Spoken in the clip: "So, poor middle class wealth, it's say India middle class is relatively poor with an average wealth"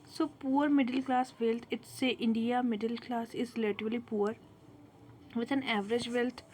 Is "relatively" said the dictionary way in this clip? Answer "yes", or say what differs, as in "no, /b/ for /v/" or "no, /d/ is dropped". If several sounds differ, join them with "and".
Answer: no, /l/ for /ɹ/ and /v/ is dropped